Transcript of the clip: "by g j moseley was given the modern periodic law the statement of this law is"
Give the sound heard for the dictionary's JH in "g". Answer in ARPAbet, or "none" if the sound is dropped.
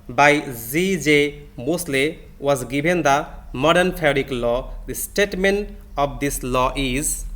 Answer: Z